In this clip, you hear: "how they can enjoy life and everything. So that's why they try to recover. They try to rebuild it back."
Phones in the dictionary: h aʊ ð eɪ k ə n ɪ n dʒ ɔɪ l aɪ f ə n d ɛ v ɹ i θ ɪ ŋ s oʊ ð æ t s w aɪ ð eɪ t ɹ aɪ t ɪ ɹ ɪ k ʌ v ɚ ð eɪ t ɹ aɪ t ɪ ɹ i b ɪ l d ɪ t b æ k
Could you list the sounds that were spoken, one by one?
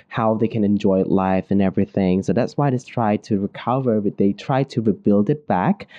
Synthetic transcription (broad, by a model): h aʊ ð eɪ k ə n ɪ n dʒ ɔɪ l aɪ f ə n ɛ v ɹ i θ ɪ ŋ s oʊ ð æ t s w aɪ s t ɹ aɪ t ɪ ɹ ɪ k ʌ v ɚ ð eɪ t ɹ aɪ t ɪ ɹ i b ɪ l d ɪ t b æ k